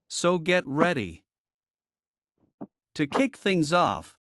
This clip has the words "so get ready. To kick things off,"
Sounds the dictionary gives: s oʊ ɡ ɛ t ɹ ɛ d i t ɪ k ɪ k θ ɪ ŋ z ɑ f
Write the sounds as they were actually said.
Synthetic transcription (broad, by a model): s oʊ ɡ ɛ t ɹ ɛ d i t ɪ k ɪ k θ ɪ ŋ z ɑ f